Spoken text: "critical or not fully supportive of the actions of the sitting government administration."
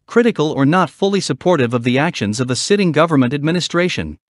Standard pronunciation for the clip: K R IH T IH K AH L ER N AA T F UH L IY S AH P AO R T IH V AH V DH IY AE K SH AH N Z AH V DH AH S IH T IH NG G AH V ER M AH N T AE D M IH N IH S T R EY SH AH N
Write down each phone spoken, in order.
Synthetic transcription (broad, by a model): K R IH T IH K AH L ER N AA T F UH L IY S AH P AO R T IH V AH V DH IY AE K SH AH N Z AH V DH AH S IH T IH NG G AH V ER M AH N T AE D M IH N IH S T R EY SH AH N